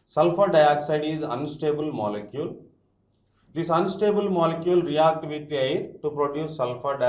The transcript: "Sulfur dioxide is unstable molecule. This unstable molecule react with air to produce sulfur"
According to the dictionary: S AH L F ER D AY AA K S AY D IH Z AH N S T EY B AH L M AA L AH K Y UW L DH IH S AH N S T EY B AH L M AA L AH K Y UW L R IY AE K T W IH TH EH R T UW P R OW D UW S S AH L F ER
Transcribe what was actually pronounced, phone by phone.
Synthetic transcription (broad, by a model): S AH L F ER D AY AA K S AY D IH Z AH N S T EY B AH L M AA L AH K Y UW L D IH S AH N S T EY B AH L M AA L AH K Y UW L R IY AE K T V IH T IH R T UW P R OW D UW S S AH L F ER